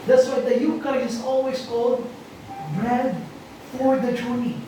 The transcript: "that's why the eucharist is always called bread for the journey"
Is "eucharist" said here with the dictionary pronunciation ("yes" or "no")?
no